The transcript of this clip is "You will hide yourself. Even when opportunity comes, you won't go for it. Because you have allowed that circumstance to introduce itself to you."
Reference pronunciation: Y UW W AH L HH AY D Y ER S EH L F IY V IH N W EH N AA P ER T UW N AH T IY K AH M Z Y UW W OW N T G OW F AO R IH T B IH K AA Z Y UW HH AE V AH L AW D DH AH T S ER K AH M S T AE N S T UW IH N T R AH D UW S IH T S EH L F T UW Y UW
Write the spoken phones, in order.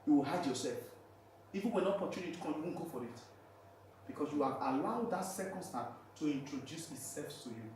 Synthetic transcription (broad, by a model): Y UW W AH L HH AY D Y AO S EH L F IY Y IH W EH N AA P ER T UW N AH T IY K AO Y UW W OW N G OW F AO R IH T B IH K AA S Y UW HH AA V AH L AW D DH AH T S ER K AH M S T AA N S T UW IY N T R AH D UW S IH T S EH L F T UW Y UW